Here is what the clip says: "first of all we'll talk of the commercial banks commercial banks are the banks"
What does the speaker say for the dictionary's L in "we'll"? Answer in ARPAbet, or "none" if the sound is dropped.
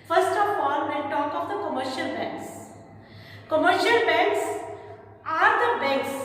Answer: N